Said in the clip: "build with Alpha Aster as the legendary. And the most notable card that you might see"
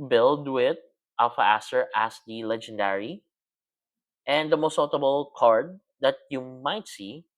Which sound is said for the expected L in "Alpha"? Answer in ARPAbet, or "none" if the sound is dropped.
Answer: none